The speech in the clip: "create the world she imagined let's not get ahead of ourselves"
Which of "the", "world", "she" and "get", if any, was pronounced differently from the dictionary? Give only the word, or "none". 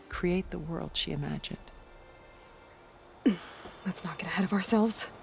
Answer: none